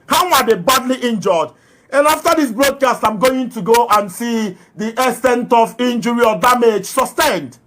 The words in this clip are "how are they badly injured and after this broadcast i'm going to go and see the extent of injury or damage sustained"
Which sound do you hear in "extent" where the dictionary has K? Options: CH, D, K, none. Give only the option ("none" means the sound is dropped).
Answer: none